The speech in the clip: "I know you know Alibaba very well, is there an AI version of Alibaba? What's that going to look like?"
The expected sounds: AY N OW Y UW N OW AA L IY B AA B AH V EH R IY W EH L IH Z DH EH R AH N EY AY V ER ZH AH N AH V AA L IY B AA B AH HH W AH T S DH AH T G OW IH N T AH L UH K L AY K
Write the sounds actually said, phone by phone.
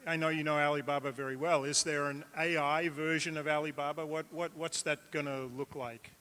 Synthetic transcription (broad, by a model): AY N OW Y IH N OW AA L IY B AA B AH V EH R IY W EH L IH Z DH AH R AH N EY AY V ER ZH AH N AH V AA L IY B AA B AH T W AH T S DH AH T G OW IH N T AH L UH K L AY K